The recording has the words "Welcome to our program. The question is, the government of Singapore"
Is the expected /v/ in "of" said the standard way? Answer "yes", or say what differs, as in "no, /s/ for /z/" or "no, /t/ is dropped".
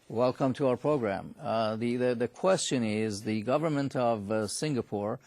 yes